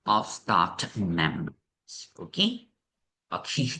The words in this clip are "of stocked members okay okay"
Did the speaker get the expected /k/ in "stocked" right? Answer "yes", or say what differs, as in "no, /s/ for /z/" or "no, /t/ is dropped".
no, /k/ is dropped